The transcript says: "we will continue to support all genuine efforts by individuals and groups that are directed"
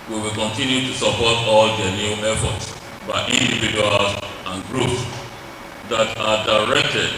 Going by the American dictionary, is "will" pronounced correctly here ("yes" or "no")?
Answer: yes